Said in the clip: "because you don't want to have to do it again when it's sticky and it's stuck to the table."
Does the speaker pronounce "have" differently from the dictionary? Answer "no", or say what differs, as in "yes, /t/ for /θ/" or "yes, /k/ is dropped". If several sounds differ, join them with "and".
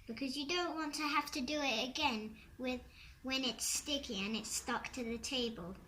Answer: yes, /f/ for /v/